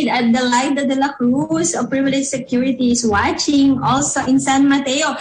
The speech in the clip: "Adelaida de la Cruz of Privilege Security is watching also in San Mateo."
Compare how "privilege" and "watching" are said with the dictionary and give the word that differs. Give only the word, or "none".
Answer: none